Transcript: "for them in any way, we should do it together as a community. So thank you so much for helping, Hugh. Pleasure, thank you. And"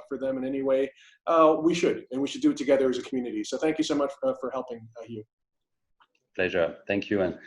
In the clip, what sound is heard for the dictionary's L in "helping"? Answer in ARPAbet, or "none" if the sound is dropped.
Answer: L